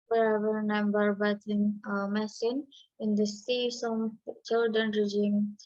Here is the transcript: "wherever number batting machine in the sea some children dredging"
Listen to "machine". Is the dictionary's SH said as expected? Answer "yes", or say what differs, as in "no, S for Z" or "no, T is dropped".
no, S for SH